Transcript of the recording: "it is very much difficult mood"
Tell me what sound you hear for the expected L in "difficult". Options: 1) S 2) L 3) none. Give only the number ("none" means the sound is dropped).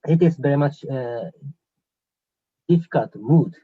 3